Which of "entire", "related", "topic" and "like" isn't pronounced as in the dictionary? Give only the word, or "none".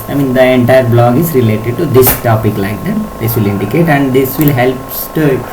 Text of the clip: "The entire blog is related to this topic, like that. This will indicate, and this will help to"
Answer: none